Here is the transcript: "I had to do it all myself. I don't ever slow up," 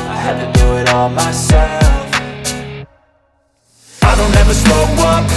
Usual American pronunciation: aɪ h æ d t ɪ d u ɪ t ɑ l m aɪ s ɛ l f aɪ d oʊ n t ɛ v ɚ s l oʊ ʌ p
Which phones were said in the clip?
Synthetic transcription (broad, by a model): aɪ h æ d t ɪ d u ɪ t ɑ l m aɪ s ɛ l f aɪ d oʊ n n ɛ v ɚ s oʊ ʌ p